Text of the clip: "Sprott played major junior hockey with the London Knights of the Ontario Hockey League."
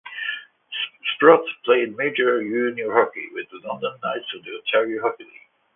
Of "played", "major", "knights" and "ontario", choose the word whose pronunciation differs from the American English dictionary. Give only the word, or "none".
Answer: ontario